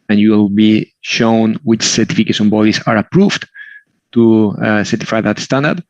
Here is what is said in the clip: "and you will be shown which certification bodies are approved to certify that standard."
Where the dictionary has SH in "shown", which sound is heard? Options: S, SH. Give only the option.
SH